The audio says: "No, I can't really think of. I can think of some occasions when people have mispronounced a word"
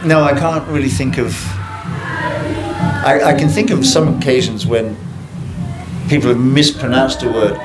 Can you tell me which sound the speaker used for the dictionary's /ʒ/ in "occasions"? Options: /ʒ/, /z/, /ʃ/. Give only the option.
/ʒ/